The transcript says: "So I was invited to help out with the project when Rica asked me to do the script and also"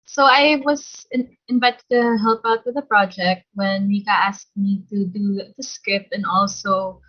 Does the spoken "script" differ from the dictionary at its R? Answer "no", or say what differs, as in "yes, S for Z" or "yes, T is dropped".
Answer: yes, R is dropped